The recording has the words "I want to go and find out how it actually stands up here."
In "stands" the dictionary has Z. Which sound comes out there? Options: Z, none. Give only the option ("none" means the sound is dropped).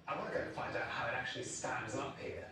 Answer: Z